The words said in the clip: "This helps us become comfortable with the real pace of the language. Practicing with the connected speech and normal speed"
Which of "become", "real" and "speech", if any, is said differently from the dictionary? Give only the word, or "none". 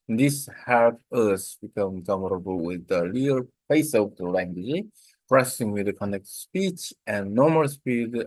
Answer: real